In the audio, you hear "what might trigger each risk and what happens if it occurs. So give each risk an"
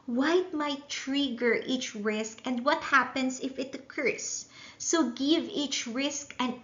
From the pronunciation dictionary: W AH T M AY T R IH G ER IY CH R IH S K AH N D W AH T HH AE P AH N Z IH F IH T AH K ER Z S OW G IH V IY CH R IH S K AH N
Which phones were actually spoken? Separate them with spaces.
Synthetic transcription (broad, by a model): W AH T M AY T R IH G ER IY CH R IH S K AH N D W AH T HH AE P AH N S IH F IH T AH K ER S OW G IH V IY CH R IH S K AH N